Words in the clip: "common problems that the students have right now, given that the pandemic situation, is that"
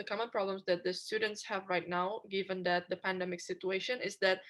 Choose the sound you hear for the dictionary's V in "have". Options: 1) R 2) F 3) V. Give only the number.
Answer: 3